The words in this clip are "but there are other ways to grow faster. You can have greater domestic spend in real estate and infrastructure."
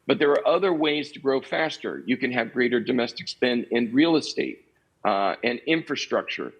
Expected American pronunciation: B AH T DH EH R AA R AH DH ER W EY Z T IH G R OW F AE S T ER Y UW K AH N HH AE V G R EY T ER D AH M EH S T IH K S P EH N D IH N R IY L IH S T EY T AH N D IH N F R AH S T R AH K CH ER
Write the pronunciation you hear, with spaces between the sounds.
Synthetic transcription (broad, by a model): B AH T DH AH R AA R AH DH ER W EY Z T IH G R OW F AE S T ER Y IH K AH N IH V G R EY T ER D AH M EH S T IH K S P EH N IH N R IY L IH S T EY T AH N IH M F R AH S T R AH K CH ER